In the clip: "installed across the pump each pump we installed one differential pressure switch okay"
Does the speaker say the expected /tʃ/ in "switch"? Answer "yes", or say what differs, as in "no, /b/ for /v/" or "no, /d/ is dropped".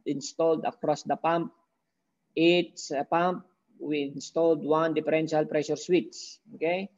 no, /s/ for /tʃ/